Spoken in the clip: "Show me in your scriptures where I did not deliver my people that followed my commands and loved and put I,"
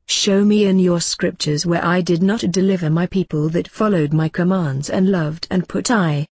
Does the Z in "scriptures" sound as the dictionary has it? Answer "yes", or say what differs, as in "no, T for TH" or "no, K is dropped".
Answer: yes